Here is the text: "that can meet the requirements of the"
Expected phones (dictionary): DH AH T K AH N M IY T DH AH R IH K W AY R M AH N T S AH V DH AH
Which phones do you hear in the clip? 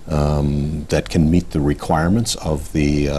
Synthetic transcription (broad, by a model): DH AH T K AH N M IY T DH AH R IH K W AY R M AH N T S AH V DH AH